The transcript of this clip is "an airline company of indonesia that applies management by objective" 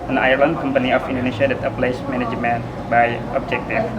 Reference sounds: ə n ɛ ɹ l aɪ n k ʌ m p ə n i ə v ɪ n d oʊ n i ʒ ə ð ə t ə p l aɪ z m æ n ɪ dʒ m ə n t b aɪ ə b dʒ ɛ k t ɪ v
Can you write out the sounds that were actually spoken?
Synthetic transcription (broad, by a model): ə n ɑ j l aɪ n k ʌ m p ə n i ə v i n d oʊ n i ʃ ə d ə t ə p l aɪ s m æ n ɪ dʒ m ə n b aɪ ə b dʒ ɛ k t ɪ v